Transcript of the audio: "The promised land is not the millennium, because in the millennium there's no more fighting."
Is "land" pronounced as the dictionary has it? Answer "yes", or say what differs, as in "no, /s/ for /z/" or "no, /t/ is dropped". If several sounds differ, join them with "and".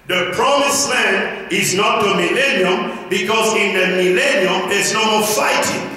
no, /d/ is dropped